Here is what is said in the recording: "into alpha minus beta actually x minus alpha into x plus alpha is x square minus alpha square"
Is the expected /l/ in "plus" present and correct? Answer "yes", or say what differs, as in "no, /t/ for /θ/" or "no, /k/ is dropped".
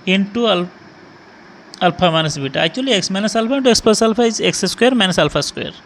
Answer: no, /l/ is dropped